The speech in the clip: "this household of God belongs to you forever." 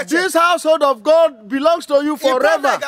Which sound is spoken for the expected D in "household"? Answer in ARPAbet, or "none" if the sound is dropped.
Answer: D